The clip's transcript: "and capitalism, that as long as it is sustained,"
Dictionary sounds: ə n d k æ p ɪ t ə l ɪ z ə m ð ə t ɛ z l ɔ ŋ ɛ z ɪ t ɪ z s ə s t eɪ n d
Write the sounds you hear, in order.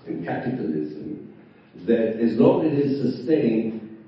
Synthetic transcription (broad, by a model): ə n k æ p ɪ t ə l ɪ z ə m ð ə t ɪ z n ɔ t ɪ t ɪ z s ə s t eɪ n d